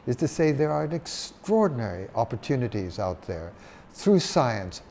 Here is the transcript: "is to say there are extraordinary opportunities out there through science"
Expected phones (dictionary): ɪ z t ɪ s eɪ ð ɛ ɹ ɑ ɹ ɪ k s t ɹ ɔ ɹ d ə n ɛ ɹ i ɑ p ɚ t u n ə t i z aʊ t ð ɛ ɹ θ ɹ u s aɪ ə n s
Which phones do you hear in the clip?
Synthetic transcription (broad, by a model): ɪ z t ɪ s eɪ ð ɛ ɹ ɑ ɹ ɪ k s t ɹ ɔ ɹ d n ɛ ɹ i ɑ p ɚ t u n ə t i z aʊ t ð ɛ ɹ θ ɹ u s aɪ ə n s